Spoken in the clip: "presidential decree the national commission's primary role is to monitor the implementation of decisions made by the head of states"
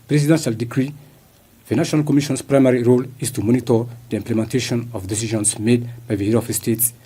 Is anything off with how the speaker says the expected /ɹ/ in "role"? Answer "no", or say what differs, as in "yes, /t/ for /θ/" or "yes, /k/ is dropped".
no